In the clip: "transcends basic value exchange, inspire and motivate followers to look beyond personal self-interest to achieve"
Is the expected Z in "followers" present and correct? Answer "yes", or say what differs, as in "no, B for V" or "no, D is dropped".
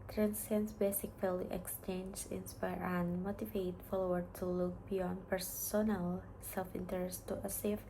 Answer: no, Z is dropped